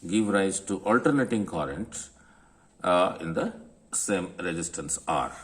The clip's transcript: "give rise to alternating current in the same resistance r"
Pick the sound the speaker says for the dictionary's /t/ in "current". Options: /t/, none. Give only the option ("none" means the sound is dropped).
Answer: /t/